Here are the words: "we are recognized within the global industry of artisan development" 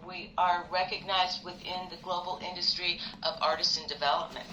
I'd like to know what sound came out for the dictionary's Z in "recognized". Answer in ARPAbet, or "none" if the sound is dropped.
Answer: Z